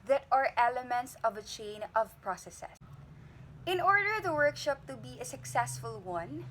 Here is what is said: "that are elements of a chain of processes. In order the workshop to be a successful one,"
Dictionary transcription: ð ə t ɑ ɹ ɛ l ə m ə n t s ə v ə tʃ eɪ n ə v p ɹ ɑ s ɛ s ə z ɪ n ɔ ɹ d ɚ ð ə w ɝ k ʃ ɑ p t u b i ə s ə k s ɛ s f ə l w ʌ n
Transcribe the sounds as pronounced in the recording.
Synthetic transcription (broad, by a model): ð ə t ɑ ɹ ɛ l ə m ə n t s ə v ə tʃ eɪ n ə v p ɹ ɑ s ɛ s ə ɪ n ɔ ɹ d ɚ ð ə w ɝ k ʃ ɑ p t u b i ə s ə k s ɛ s f ə l w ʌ n